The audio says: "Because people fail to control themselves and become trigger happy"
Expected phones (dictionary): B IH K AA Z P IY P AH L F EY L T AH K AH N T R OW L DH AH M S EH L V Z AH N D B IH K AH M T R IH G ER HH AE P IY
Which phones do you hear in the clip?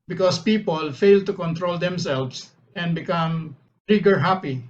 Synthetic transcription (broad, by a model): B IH K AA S P IY P AH L F EY L T AH K AH N T R OW L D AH M S EH L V S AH N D B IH K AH M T R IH G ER HH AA P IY